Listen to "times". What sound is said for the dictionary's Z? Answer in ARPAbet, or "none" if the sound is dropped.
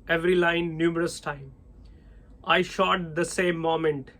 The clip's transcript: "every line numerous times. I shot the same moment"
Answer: none